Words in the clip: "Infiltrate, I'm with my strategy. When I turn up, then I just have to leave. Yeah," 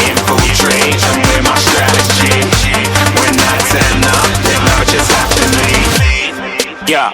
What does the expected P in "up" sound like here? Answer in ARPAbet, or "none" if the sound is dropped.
F